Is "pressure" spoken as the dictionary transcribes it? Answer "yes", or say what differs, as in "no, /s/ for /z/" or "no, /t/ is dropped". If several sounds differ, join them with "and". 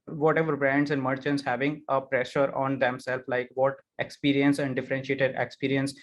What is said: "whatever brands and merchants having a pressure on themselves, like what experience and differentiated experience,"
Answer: yes